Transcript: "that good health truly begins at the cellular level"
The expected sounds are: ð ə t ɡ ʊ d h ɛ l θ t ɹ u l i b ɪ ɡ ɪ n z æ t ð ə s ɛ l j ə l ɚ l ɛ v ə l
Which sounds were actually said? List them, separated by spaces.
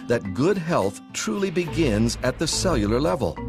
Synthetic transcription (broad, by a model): ð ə t ɡ ʊ d h ɛ l θ t ɹ u l i b ɪ ɡ ɪ n z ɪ t ð ə s ɛ l j l ɚ l ɛ v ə l